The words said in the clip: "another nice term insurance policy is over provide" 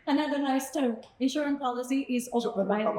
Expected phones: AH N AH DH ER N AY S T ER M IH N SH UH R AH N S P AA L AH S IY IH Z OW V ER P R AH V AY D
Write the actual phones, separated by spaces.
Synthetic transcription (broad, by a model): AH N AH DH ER N AY S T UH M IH N SH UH R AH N P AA L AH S IY IH Z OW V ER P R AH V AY